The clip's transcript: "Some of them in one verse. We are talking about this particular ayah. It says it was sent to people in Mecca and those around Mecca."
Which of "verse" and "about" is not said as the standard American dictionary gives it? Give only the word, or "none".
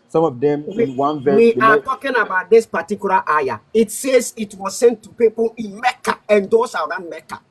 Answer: verse